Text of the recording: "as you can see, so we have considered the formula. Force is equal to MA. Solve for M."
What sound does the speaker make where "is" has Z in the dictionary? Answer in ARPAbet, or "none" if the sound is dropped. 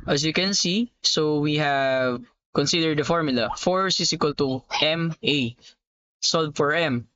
S